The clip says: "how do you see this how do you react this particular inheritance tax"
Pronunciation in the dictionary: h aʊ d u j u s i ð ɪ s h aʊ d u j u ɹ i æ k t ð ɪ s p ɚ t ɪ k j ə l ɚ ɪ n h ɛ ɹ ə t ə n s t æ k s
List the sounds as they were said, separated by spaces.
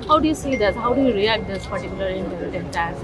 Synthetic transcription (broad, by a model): h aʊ d u j u s i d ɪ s h aʊ d u j u ɹ i æ k t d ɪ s p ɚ t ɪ k j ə l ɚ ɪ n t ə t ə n t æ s